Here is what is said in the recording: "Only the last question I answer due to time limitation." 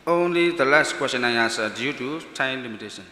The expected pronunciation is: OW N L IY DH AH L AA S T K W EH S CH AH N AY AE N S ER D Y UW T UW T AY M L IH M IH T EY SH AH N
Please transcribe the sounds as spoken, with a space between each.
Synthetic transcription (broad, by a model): OW N L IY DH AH L AA S T K W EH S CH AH N AY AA S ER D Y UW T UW T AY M L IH M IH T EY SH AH N